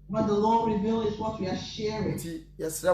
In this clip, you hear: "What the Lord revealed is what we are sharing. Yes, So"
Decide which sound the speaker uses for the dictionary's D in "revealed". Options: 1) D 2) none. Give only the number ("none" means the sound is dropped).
2